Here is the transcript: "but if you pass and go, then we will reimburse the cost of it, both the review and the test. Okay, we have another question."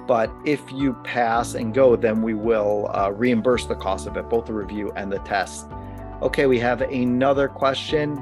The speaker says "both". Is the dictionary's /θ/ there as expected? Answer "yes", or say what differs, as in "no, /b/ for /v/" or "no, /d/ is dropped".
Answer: yes